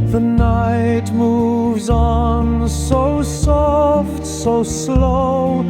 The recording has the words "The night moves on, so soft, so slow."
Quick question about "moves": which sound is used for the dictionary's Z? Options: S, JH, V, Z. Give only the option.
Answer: Z